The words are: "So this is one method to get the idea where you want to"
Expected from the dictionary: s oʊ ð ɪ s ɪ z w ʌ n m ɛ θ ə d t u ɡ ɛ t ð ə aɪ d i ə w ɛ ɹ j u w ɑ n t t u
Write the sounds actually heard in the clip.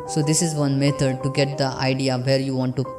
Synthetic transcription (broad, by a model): s oʊ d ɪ s ɪ z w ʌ n m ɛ t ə d t u ɡ ɛ t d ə aɪ d i ə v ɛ ɹ j u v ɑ n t t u